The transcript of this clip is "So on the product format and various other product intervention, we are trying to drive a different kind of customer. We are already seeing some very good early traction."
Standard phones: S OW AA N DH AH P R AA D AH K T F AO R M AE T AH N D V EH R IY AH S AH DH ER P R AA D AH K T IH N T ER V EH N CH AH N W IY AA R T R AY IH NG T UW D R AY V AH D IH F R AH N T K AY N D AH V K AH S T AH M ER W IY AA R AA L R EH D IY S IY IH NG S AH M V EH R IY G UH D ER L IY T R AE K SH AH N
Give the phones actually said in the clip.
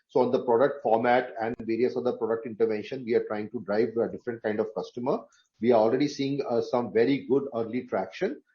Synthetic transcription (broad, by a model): S OW AA N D AH P R AA D AH K T F AO R M AE T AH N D V EH R IY AH S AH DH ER P R AA D AH K T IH N T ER V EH N SH AH N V IY AA R T R AY IH NG T UW D R AY V AH D IH F R AH N T K AY N D AH V K AH S T AH M ER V IY AA R AA L R EH D IY S IY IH NG S AH M V EH R IY G UH D ER L IY T R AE K SH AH N